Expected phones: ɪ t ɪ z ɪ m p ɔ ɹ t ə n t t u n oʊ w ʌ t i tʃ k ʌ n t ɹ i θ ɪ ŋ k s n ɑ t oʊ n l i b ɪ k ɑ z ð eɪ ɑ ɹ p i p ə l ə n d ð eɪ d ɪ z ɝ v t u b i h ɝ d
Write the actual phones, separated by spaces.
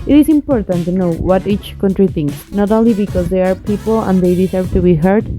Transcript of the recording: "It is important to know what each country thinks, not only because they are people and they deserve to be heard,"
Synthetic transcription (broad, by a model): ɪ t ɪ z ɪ m p ɔ ɹ t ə n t t u n oʊ w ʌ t i tʃ k ʌ n t ɹ i θ ɪ ŋ k s n ɑ t oʊ n l i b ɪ k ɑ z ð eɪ ɑ ɹ p i p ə l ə n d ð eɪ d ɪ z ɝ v t u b i h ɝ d